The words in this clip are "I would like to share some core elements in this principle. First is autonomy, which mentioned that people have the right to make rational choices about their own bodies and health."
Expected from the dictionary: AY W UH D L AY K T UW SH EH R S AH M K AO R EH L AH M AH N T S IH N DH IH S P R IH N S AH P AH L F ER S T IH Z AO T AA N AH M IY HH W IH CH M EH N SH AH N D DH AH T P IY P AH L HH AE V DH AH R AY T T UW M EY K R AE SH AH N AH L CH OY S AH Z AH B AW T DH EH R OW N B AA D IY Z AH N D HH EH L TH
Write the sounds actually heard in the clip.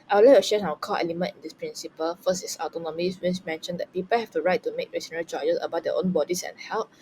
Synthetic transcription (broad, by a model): AY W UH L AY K T UW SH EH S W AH K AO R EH L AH M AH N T IH N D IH S P R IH N S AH P AH L F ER S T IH S AO T AA N AH M IY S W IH S M EH N SH AH N D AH T P IY P AH L HH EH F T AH R AY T T UW M EY K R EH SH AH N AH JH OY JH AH S AH B AW T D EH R OW N B AA D IY S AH N HH EH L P